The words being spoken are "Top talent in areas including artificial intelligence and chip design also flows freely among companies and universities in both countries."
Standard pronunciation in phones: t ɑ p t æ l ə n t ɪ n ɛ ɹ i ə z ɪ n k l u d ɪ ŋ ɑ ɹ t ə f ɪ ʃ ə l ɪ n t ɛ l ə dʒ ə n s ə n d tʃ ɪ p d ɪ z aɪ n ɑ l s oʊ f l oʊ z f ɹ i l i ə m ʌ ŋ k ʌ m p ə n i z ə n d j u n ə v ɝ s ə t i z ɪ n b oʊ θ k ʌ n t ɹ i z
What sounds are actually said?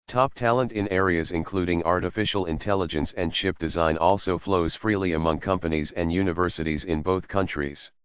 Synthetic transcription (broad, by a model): t ɑ p t æ l ə n t ɪ n ɛ ɹ i ə z ɪ n k l u d ɪ ŋ ɑ ɹ t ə f ɪ ʃ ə l ɪ n t ɛ l ə dʒ ə n s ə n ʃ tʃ ɪ p d ɪ z aɪ n ɑ l s oʊ f l oʊ z f ɹ i l i ə m ʌ ŋ k ʌ m p ə n i z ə n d j u n ə v ɝ s ə t i z ɪ n b oʊ θ k ʌ n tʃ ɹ i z